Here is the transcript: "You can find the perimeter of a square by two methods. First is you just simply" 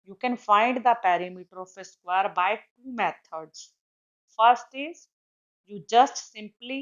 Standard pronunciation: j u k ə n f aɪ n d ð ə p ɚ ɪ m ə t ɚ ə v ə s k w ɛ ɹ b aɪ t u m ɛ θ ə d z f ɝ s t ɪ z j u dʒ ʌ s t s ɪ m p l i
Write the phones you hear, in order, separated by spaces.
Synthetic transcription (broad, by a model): j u k ə n f aɪ n d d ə p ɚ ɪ m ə t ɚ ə f ə s k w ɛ ɹ b aɪ t u m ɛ t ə d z f ɝ s t ɪ z j u dʒ ʌ s t s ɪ m p l i